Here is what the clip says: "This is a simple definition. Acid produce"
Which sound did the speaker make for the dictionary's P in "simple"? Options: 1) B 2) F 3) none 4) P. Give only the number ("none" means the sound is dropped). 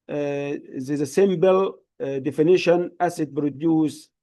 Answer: 1